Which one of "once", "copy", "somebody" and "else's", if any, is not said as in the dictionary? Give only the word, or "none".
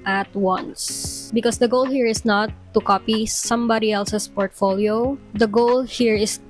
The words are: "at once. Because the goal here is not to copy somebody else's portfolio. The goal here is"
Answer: else's